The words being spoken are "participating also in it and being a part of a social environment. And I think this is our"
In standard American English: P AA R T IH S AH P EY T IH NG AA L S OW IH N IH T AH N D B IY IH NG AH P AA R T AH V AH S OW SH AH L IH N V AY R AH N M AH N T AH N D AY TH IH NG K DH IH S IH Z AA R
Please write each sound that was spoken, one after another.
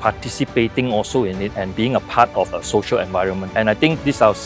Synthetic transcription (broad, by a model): P AA T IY S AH P EY T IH NG AA L S OW IH N IH T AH N B IY IH NG AH P AA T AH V AH S OW SH AH L IH N V AY R AH N M AH N T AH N AY T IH NG K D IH S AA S